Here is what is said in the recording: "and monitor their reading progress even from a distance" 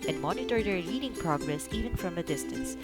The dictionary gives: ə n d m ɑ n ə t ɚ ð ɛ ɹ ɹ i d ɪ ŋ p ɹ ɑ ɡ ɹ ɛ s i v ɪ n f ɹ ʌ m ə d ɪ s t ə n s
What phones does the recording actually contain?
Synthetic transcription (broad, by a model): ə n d m ɑ n ə t ɚ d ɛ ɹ l i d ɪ ŋ p ɹ ɑ ɡ ɹ ɛ s i v ɪ n f ɹ ʌ m ə d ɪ s t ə n s